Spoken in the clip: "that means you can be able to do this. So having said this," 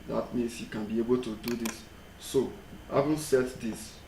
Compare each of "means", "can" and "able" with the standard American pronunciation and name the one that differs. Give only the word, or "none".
means